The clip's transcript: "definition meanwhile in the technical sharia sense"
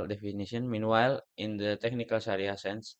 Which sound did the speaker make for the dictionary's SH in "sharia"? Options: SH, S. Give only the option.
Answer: S